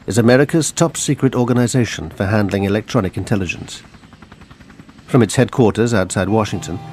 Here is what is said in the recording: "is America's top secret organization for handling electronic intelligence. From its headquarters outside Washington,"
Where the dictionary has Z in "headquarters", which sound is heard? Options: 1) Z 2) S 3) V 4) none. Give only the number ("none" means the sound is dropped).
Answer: 1